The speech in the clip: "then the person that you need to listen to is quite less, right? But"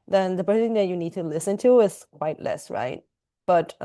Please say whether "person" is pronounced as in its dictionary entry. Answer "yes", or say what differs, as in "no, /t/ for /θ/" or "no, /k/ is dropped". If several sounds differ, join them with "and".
no, /s/ is dropped